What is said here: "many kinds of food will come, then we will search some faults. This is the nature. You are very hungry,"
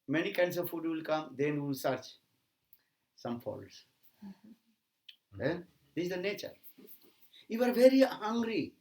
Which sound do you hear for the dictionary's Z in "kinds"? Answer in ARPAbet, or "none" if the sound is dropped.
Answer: S